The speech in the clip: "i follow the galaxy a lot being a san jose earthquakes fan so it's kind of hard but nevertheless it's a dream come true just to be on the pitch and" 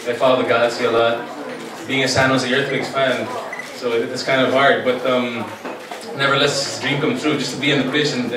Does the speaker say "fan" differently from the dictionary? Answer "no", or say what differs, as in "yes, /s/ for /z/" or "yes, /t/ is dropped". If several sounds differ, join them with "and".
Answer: yes, /p/ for /f/